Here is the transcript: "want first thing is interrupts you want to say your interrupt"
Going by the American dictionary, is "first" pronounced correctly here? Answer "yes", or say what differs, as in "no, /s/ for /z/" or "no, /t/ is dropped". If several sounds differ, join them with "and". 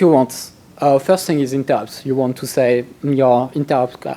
yes